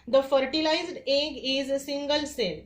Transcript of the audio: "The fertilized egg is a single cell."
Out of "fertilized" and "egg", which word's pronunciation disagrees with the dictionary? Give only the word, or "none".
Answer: none